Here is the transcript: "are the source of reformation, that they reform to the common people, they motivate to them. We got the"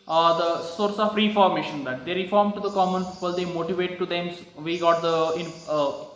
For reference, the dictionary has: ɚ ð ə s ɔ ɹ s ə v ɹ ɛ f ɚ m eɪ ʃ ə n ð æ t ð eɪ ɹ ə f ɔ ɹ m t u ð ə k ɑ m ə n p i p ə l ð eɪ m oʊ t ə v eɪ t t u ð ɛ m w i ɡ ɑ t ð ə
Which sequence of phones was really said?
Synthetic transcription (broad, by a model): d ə s ɔ ɹ s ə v ɹ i f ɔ m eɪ ʃ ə n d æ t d eɪ ɹ ə f ɔ ɹ m t u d ə k ɑ m ə n p i p ə l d eɪ m oʊ t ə v eɪ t t u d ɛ m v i ɡ ɑ t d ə